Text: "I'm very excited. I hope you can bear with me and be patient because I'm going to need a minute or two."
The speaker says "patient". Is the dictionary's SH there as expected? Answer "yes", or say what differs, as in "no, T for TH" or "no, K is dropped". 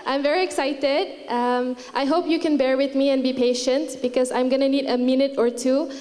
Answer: yes